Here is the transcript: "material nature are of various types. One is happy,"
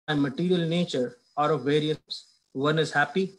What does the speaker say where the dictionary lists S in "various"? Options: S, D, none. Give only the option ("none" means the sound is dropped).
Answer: none